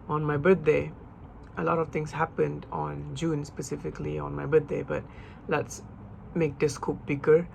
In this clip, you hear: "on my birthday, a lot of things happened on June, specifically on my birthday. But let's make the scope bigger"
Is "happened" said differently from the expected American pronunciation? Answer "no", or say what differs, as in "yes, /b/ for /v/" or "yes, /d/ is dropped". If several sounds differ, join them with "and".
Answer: no